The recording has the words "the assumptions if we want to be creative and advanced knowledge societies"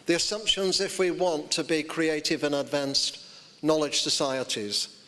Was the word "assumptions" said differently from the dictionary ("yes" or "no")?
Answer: no